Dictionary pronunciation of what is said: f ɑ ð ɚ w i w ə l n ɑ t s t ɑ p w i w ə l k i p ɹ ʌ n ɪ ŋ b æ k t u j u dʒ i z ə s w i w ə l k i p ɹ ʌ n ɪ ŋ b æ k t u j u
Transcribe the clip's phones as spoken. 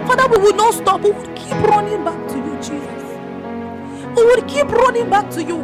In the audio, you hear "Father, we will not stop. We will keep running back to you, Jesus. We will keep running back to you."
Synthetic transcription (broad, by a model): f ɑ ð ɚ w i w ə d n ɑ t s t ɑ p w i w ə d k i p ɹ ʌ n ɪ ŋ b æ k t u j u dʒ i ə w i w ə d k i p ɹ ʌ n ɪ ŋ b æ k t u j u